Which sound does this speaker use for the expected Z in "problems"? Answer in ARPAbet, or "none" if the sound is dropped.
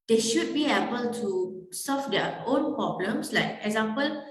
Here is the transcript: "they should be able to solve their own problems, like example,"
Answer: S